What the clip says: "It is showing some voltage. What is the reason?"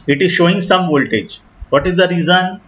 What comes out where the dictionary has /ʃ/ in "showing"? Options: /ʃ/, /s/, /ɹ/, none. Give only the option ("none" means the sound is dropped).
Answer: /ʃ/